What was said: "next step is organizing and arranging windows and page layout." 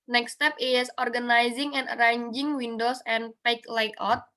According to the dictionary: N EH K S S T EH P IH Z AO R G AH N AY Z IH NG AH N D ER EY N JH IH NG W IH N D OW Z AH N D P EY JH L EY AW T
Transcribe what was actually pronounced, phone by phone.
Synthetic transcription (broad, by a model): N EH K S S T EH P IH S AO R G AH N AY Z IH NG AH N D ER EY N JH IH NG W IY N D OW S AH N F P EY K L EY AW T